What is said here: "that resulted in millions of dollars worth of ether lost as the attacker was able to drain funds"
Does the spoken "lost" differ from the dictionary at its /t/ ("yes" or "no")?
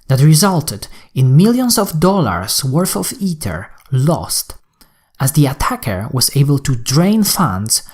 no